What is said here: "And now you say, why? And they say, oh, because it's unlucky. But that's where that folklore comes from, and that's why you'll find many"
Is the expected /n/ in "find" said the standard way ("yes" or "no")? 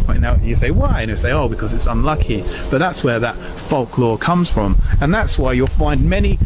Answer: yes